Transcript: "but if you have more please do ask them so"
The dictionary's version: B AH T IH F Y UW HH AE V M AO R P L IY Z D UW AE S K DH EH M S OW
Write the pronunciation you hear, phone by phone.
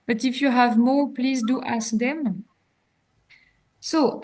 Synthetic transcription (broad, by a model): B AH T IH F Y UW HH AE V M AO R P L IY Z D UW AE S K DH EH M S OW